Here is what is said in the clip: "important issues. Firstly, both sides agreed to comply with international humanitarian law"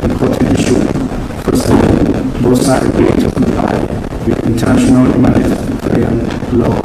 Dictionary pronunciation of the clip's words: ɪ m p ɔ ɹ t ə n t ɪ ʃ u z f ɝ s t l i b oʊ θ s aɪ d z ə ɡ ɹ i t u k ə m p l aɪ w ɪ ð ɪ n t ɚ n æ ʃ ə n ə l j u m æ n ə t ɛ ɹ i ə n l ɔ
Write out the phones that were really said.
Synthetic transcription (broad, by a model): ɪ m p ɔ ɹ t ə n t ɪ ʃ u f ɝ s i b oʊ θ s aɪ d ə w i t u k ə m p l aɪ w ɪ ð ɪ n t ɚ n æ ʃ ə n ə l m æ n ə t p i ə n l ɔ